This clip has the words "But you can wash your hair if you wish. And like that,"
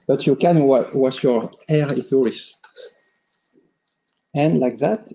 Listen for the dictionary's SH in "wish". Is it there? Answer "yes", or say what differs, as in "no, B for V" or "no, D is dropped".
no, S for SH